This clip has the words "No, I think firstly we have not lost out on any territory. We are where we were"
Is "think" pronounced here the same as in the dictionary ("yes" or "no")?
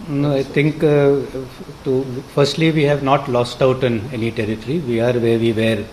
no